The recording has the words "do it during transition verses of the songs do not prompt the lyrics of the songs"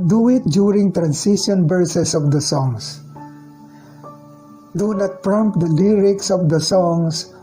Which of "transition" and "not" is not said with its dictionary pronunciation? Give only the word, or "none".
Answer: transition